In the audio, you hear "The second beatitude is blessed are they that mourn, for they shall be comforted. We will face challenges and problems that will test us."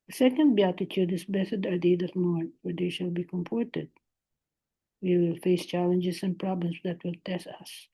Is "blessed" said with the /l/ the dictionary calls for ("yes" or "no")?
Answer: no